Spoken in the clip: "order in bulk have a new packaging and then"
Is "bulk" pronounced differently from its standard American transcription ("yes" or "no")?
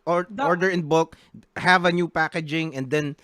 yes